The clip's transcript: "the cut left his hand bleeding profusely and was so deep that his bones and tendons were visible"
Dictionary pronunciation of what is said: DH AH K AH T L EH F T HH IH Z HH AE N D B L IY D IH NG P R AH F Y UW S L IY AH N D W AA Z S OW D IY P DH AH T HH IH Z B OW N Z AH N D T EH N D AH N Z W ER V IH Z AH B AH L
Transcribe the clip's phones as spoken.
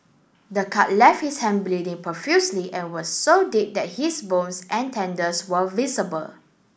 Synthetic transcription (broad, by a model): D AH K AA T L EH F T HH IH S HH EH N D B L IY D IH NG P AH F Y UW S L IY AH N W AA S OW D IY P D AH T HH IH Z B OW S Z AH N T EH N D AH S W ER V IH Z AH B AH L